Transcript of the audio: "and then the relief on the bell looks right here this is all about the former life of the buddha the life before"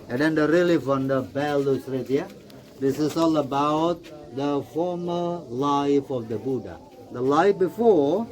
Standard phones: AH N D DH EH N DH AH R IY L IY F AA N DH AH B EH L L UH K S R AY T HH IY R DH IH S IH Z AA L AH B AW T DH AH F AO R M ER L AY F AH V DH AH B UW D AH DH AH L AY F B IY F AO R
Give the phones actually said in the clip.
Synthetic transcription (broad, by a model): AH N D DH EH N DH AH R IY L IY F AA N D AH B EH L L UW S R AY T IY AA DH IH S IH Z AA L AH B AW T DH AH F AO R M ER L AY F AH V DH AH B UW D AH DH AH L AY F B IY F AO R